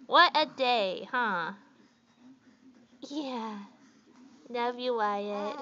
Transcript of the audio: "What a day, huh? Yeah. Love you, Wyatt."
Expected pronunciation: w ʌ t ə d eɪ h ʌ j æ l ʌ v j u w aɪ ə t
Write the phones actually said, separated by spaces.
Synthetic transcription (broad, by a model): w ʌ t ə d eɪ h ʌ j æ n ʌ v j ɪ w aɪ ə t